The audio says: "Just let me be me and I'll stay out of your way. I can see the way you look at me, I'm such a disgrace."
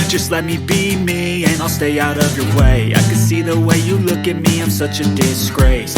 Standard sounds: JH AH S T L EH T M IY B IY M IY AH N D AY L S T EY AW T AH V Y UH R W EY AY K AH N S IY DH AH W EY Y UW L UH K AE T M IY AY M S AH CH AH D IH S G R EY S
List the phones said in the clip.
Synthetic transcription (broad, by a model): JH AH S T L EH T M IY B IY M IY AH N AY L S T EY AW T AH V Y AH R W EY AY K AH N S IY DH AH W EY Y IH L UH K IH T M IY AY M S AH CH AH D IH S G R EY S